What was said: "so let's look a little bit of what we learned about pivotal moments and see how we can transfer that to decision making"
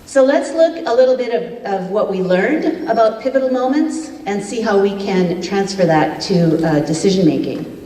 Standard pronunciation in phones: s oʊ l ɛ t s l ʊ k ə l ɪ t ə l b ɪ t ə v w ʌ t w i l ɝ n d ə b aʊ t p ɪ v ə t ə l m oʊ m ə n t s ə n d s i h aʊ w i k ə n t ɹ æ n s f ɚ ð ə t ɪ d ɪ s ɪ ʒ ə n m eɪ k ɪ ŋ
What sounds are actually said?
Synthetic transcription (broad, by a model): s oʊ l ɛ t s l ʊ k ə l ɪ t l b ɪ t ə v w ʌ t w i l ɝ n d ə b aʊ t p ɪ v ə t l m oʊ m ə n t s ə n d s i h aʊ w i k ə n t ɹ æ n s f ɚ ð ə t ɪ d ɪ s ɪ ʒ ə n m eɪ k ɪ ŋ